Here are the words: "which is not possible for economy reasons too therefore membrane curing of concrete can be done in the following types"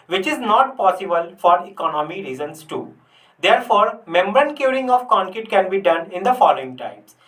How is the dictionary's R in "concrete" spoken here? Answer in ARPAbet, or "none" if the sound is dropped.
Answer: none